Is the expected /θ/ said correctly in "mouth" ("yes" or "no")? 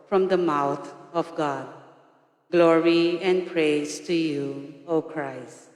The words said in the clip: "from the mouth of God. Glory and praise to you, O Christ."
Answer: no